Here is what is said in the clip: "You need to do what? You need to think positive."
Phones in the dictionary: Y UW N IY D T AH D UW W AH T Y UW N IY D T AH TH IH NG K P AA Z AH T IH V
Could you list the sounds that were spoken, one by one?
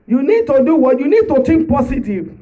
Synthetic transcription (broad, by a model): Y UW N IY D T AH D UW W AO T Y UW N IY D T AH T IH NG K P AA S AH T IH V